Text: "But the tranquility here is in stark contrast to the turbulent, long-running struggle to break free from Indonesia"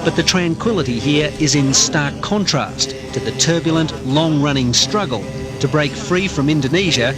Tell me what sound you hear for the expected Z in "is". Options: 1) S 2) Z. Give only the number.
2